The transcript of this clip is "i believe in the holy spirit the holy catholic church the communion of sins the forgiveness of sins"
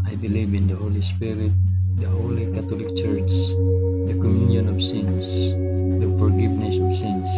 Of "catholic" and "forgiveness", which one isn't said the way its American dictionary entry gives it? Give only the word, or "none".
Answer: catholic